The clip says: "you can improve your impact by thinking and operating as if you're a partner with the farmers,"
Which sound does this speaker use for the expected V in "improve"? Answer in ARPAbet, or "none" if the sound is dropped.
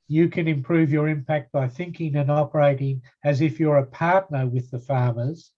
V